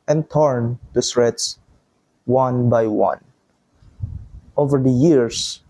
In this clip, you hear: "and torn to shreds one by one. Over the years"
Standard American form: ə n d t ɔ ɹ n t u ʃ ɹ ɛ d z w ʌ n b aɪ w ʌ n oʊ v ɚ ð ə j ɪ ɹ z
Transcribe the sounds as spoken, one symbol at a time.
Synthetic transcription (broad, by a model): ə n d t ɔ ɹ n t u s ɹ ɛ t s w ʌ n b aɪ w ʌ n oʊ v ɚ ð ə j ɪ ɹ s